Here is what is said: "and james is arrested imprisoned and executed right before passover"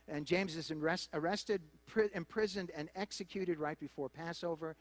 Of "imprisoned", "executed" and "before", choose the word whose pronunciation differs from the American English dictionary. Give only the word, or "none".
none